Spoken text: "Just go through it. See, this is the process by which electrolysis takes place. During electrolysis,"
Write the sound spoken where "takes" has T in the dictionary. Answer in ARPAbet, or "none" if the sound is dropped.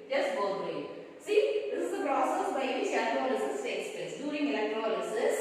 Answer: S